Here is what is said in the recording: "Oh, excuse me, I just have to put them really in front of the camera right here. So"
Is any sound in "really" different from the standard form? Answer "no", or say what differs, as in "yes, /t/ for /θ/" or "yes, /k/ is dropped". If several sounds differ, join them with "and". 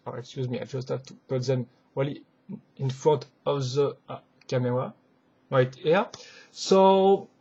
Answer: yes, /w/ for /ɹ/